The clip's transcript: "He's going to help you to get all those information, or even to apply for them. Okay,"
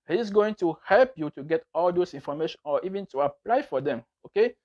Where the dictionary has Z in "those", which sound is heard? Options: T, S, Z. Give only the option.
S